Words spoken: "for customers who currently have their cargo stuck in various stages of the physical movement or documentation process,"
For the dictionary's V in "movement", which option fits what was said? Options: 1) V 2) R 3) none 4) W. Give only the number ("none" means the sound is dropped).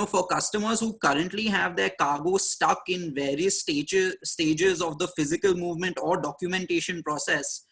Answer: 1